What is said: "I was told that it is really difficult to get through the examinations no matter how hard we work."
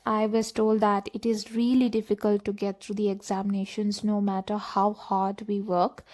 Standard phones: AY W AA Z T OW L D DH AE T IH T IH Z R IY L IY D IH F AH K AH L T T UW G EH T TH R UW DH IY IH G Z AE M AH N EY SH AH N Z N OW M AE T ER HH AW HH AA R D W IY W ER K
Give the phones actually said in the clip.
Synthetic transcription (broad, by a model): AY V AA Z T OW L D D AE T IH T IH Z R IY L IY D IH F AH K AH L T T UW G EH T T R UW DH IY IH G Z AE M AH N EY SH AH N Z N OW M AE T ER HH AW HH AA R D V IY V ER K